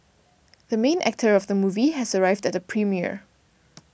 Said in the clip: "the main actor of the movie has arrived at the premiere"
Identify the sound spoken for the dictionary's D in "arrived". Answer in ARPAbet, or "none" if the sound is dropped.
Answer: D